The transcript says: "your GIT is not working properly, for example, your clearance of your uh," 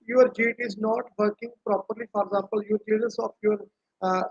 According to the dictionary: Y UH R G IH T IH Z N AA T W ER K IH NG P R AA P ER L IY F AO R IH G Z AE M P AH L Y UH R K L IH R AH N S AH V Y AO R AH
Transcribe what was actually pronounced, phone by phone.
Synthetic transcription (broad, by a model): Y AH R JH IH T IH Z N AA T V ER K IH NG P R AA P ER L IY F AO R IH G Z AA M P AH L Y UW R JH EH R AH S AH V Y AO R